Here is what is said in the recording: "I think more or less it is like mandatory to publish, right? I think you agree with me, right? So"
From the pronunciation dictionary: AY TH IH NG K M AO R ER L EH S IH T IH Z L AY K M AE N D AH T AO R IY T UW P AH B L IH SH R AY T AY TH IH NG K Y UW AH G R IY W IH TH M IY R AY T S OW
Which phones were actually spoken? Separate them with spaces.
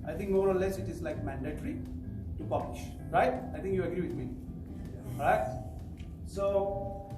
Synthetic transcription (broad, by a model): AY T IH NG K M AO R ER L EH S IH T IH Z L AY K M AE N D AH T R IY T UW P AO L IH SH R AY T AY T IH NG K Y UW AH G R IY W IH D M IY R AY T S OW